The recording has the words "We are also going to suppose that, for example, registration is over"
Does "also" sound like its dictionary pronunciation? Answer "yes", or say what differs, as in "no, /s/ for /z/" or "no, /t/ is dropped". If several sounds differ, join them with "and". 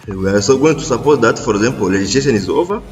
no, /l/ is dropped